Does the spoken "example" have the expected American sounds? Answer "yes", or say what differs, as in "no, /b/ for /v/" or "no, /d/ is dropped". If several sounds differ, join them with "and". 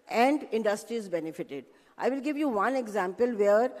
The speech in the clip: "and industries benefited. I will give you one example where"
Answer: yes